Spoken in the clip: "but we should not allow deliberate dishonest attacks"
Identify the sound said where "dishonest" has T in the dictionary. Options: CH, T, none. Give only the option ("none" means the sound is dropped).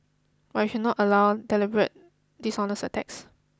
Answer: none